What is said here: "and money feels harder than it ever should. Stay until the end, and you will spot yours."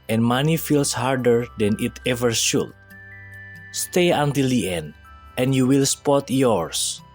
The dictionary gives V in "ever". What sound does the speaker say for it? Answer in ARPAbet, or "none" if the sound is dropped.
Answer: V